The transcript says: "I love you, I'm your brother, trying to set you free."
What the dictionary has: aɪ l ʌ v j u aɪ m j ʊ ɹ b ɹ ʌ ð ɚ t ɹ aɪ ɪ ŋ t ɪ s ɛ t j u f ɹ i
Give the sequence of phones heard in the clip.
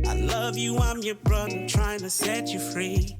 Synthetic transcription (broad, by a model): aɪ l ʌ v j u aɪ m j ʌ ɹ b ɹ ʌ ð ɚ t ɹ aɪ ɪ ŋ t ɪ s ɛ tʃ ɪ f ɹ i